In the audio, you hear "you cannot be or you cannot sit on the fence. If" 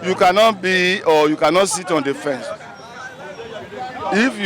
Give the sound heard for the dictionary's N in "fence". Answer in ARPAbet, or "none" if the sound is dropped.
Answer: N